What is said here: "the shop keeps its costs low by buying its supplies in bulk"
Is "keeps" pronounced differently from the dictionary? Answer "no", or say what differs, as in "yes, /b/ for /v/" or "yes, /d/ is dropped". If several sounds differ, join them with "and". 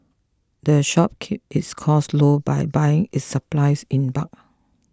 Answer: yes, /s/ is dropped